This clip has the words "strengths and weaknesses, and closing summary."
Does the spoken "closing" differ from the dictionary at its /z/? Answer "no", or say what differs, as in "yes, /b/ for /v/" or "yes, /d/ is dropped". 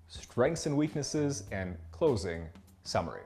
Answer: no